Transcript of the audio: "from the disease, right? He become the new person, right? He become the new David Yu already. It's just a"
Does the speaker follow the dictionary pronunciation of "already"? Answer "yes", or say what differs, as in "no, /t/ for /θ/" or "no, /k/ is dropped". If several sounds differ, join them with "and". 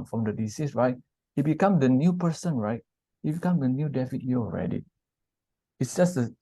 yes